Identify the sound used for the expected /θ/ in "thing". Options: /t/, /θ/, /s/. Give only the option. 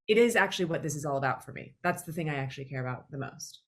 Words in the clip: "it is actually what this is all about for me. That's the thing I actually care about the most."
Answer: /θ/